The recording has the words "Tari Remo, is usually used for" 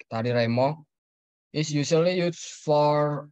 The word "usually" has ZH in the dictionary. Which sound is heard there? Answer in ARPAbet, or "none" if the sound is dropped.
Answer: SH